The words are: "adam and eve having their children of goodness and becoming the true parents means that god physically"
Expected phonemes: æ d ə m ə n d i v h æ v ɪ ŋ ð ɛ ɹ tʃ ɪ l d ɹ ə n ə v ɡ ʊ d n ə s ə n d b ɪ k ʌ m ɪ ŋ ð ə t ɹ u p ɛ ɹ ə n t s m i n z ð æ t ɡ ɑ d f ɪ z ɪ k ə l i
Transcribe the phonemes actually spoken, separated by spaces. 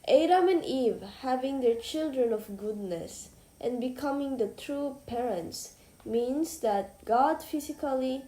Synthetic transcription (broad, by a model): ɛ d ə m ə n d i v h æ v ɪ ŋ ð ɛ ɹ tʃ ɪ l d ɹ ə n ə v ɡ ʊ d n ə s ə n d b ɪ k ʌ m ɪ ŋ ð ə t ɹ u p ɛ ɹ ə n t s m i n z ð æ t ɡ ɑ d f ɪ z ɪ k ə l i